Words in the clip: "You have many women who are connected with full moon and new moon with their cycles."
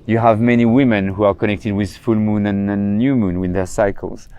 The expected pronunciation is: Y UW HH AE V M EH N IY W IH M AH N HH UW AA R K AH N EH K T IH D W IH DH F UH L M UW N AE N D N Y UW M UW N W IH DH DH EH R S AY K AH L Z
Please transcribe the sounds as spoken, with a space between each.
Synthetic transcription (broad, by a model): Y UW HH AE V M EH N IY W IH M AH N HH UW AA R K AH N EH K T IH D W IH DH F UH L M UW N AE N N Y UW M UW N W IH DH DH EH R S AY K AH L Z